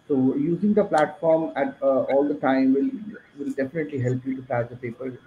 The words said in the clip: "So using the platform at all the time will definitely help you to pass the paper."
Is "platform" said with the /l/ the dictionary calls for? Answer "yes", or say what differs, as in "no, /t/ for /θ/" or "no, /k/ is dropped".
yes